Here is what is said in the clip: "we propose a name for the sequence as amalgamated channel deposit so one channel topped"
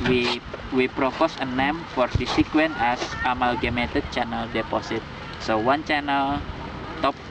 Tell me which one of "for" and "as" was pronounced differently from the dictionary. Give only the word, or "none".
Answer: as